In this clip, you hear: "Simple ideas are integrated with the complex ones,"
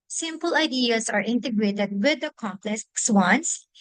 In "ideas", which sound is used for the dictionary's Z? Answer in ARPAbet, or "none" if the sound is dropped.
S